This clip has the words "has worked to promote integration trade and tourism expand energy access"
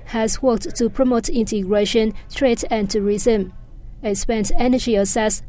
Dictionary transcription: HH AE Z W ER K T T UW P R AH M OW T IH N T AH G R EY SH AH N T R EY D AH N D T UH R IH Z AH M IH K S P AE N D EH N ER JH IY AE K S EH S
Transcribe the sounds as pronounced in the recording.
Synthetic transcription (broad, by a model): HH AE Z W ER K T T UW P R AH M OW T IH N T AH G R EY SH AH N T R EY D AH N T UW R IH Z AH M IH S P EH N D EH N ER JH IY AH S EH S